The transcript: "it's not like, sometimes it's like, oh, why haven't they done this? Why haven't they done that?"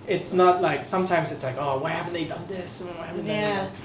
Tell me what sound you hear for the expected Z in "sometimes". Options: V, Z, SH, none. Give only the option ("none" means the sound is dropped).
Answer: Z